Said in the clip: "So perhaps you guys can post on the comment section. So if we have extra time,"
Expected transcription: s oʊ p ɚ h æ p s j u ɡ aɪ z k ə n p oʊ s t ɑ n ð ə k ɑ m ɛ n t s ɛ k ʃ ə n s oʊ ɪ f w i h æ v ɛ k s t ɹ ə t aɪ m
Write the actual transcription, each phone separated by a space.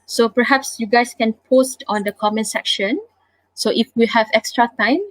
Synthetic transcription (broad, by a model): s oʊ p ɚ h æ p s j u ɡ aɪ s k ə n p oʊ s t ɑ n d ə k ɑ m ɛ n s ɛ k ʃ ə n s oʊ ɪ f w i h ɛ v ɛ k s t ɹ ə t aɪ m